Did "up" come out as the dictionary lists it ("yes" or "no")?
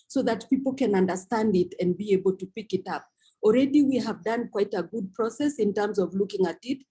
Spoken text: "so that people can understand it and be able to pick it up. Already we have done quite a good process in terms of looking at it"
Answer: yes